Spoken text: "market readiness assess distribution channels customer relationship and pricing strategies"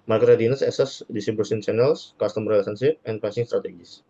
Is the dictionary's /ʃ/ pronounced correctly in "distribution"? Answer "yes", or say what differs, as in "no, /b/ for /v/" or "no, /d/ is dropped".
no, /s/ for /ʃ/